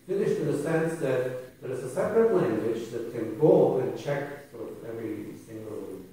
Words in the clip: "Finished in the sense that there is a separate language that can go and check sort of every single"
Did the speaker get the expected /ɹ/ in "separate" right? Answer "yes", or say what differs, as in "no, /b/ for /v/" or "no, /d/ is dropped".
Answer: yes